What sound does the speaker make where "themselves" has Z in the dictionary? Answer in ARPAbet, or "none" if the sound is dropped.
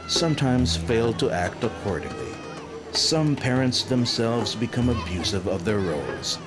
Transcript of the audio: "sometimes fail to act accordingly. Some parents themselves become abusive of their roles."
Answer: Z